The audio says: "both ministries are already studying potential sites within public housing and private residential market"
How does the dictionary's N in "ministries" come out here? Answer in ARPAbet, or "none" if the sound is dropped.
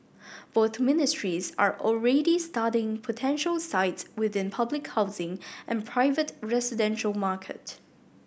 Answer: N